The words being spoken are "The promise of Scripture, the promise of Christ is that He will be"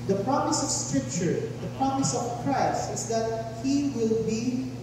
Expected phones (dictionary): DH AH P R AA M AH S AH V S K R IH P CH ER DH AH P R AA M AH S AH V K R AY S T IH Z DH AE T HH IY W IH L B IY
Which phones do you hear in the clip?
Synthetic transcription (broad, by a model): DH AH P R AA M AH S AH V S K R IH P CH ER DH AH P R AA M AH S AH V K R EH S IH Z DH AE T HH IY W IH L B IY